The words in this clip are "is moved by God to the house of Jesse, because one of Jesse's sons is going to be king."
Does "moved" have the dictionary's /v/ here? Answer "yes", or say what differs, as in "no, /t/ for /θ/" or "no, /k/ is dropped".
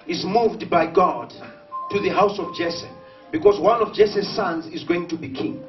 yes